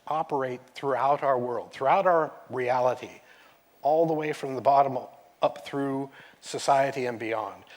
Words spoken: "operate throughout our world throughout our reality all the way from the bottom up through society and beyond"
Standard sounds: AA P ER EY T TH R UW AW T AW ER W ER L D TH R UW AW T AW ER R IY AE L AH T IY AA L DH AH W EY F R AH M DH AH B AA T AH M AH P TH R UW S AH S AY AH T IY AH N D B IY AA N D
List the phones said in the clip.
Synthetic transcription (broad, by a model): AA P ER EY T TH R UW AW T AW ER W ER L D TH R UW AW T AW ER R IY AE L AH T IY AA L DH AH W EY F R AH M DH AH B AA T AH M AH P TH R UW S AH S AY AH T IY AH N B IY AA N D